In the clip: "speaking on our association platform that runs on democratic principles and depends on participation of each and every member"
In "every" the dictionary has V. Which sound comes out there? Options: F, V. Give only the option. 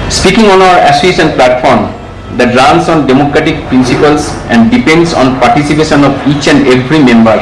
F